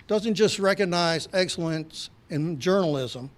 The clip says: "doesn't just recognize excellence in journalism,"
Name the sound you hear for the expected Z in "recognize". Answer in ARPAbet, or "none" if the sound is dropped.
Z